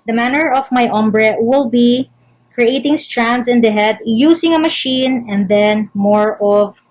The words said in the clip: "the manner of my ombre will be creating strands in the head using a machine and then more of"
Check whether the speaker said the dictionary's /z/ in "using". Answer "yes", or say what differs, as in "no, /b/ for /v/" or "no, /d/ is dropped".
no, /s/ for /z/